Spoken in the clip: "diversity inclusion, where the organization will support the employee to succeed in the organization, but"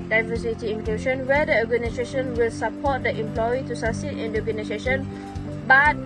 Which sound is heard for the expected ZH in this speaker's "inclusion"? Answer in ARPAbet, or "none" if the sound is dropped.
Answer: SH